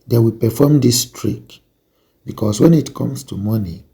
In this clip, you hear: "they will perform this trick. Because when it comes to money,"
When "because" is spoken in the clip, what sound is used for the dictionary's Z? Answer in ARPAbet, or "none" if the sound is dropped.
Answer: S